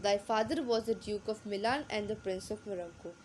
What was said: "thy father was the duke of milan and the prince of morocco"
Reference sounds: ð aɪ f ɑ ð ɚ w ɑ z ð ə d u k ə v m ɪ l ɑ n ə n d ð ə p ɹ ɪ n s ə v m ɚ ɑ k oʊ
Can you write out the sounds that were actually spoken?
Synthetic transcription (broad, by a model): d aɪ f ɑ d ɚ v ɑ z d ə d u k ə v m ɪ l ɑ n ə n d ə p ɹ ɪ n s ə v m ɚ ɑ k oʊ